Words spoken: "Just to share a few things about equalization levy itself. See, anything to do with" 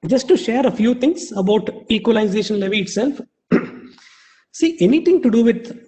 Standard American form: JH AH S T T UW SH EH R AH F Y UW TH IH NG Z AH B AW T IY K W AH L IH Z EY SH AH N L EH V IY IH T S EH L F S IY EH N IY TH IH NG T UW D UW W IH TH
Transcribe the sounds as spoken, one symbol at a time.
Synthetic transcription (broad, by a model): JH AH S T T UW SH EH R AH F Y UW T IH NG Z AH B AW T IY K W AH L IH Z EY SH AH N L EH V IY IH T S EH L F S IY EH N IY T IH NG T UW D UW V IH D